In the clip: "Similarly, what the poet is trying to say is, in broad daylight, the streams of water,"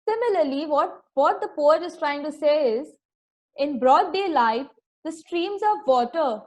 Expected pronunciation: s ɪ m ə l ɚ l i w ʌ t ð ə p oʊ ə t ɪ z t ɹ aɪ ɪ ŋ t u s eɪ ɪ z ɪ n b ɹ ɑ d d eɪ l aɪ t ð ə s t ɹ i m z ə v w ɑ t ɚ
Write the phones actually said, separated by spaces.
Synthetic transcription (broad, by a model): s ɪ m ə l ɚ l i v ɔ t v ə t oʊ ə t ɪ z t ɹ aɪ ɪ ŋ t u s eɪ ɪ z ɪ n b ɹ ɑ d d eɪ l aɪ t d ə s t ɹ i m z ə v ɑ t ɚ